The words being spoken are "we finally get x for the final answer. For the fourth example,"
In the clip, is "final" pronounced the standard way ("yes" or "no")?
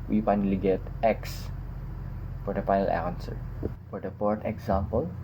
no